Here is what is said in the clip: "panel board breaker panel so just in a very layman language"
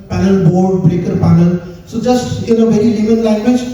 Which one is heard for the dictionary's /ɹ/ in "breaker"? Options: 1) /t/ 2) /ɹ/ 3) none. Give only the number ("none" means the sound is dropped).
2